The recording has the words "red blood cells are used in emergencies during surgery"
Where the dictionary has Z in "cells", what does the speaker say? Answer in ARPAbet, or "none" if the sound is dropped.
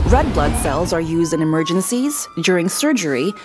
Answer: Z